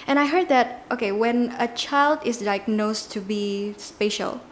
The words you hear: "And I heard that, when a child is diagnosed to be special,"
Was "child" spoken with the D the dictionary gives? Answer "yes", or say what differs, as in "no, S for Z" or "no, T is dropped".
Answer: yes